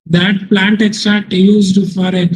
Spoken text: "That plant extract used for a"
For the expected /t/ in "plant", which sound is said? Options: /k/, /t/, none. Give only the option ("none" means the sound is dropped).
/t/